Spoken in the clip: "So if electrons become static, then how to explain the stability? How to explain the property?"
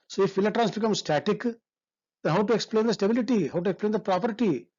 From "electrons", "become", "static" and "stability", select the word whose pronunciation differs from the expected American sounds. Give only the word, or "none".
electrons